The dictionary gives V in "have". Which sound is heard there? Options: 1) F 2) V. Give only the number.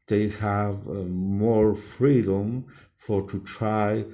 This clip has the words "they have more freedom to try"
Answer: 2